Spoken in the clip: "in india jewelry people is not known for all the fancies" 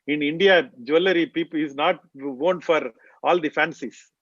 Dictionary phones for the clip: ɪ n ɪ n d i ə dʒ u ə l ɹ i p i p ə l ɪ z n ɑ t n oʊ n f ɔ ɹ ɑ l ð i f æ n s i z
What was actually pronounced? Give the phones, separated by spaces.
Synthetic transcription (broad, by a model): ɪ n ɪ n d i ə dʒ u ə l i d i p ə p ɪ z n ɑ t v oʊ n f ɔ ɹ ɑ l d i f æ n s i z